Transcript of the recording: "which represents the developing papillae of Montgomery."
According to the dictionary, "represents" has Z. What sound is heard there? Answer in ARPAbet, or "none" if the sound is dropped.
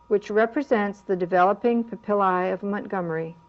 Z